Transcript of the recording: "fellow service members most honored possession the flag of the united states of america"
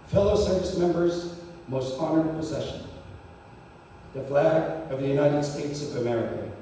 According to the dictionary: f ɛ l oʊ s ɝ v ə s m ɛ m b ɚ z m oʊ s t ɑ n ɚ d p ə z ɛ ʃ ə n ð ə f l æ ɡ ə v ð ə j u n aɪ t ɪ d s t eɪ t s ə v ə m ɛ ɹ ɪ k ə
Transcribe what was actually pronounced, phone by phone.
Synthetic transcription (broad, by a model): f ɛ l oʊ s ɝ v ə s m ɛ m b ɚ z m oʊ s t ɑ n ɚ d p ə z ɛ ʃ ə n ð ə f l æ ɡ ə v ð ə j u n aɪ t ɪ d s t eɪ t s ə v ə m ɛ ɹ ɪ k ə